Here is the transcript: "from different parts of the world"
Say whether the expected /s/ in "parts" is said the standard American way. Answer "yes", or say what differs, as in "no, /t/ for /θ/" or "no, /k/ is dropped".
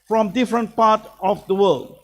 no, /s/ is dropped